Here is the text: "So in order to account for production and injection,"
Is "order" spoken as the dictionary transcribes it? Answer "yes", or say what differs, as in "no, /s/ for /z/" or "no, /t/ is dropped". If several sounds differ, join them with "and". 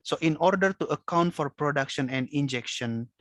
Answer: yes